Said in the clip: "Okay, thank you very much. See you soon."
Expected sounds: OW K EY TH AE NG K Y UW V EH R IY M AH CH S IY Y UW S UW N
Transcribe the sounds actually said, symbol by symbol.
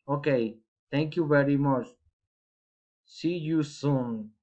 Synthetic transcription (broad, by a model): OW K EY T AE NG K Y UW V EH R IY M AH CH S IY Y UW S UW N